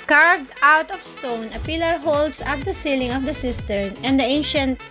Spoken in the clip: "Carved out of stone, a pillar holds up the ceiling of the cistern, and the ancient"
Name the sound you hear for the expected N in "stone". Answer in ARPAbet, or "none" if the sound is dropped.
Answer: N